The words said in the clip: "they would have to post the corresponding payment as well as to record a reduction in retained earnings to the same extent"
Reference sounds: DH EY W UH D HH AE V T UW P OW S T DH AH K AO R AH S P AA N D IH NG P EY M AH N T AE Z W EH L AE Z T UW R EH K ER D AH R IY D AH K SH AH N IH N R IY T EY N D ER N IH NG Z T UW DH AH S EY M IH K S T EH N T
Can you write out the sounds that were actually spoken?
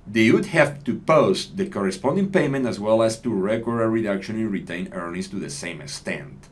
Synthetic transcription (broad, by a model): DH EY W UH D HH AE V T UW P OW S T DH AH K AO R AH S P AA N D IH NG P EY M AH N T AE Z W EH L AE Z T UW R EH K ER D AH R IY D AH K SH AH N IH N R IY T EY N ER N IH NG S T UW DH AH S EY M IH K S T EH N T